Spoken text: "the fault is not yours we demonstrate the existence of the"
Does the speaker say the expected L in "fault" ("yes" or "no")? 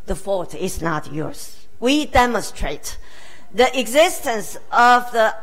no